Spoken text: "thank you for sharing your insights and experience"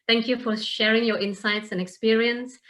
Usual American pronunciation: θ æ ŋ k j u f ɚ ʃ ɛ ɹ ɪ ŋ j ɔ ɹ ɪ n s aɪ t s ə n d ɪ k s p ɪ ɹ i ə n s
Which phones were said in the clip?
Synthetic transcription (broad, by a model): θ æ ŋ k j u f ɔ ʃ ɛ ɹ ɪ ŋ j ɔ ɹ ɪ n s aɪ t s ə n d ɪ k s p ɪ ɹ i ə n s